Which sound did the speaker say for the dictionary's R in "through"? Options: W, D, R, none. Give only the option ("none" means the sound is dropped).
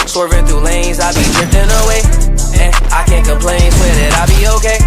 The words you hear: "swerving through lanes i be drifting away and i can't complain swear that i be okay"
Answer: none